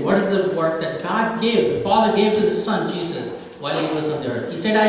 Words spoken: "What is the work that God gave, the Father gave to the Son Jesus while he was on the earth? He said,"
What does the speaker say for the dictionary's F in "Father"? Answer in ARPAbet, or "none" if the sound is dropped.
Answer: F